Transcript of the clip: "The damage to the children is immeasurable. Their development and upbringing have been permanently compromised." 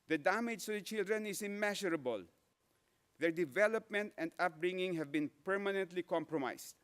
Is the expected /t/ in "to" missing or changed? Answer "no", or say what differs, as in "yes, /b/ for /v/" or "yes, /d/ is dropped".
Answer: yes, /s/ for /t/